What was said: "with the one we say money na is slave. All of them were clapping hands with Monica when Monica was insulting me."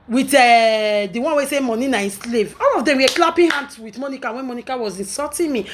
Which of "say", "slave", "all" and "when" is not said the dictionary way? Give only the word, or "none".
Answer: none